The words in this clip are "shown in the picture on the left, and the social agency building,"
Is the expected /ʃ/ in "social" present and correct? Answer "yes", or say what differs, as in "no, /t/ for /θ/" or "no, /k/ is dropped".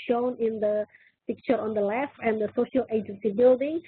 yes